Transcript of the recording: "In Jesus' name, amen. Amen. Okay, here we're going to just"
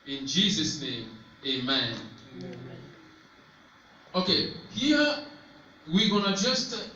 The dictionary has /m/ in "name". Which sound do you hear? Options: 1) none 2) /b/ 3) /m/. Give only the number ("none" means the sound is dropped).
1